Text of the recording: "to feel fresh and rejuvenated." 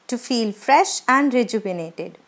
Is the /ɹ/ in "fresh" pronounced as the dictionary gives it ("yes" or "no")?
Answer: yes